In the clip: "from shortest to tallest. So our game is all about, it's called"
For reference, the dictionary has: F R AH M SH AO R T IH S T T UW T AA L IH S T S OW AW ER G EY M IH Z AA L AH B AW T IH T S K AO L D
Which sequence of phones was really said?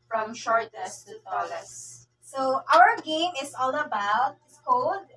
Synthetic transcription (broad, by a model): F R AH M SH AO R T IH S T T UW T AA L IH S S OW AW ER G EY M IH S AA L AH B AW IH T K AO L D